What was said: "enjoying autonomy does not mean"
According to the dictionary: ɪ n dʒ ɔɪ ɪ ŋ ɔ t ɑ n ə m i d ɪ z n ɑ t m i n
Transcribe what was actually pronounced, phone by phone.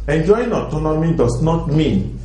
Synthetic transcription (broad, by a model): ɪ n dʒ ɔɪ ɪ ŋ ɔ t ɑ n ə m i d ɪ s n ɑ t m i n